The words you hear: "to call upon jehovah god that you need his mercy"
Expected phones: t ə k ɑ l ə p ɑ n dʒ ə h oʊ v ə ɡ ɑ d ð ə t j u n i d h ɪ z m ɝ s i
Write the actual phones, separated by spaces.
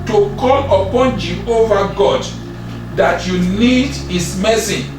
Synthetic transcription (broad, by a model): t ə k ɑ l ə p ɑ n dʒ ə h oʊ v ə ɡ ɑ d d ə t j u n i d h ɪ s m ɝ s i